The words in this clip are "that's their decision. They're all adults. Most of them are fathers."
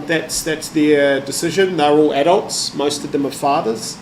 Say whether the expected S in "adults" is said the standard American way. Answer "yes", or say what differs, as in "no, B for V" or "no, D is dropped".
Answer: yes